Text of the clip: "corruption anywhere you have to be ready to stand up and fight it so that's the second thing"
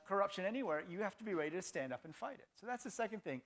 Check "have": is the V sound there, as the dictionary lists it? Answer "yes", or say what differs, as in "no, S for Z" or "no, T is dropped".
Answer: no, F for V